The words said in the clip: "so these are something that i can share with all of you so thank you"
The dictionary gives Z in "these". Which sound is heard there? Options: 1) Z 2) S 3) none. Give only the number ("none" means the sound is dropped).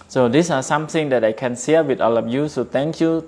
2